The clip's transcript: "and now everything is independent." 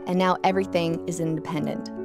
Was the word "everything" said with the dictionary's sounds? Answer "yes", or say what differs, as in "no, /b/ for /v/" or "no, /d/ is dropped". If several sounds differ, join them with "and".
yes